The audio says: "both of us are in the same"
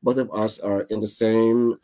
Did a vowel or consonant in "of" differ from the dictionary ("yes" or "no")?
no